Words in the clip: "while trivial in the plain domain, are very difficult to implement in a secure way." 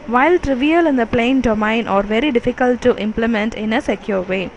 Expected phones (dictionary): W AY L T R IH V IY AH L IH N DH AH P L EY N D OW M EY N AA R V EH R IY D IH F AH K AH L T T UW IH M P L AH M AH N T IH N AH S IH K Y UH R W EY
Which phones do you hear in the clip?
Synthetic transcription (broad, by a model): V AY L T R IH V IY AH L IH N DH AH P L EY N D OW M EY N AA R V EH R IY D IH F AH K AH L T T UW IH M P L AH M AH N T IH N AH S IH K Y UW R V EY